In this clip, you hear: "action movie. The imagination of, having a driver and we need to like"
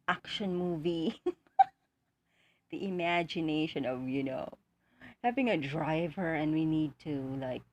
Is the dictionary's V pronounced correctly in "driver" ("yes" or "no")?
yes